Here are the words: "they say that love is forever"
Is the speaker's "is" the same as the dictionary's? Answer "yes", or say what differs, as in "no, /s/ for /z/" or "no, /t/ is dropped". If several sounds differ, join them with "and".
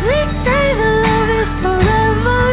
no, /s/ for /z/